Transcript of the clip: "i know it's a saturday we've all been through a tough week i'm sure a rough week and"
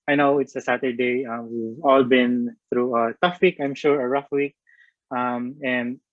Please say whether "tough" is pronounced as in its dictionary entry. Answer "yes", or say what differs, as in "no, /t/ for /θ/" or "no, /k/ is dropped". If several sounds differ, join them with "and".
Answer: yes